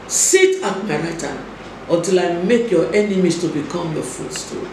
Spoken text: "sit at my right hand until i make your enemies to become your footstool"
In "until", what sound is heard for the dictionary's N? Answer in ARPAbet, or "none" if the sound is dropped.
none